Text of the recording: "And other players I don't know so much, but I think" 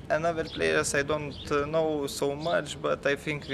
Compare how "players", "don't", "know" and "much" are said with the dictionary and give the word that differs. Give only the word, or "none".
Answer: players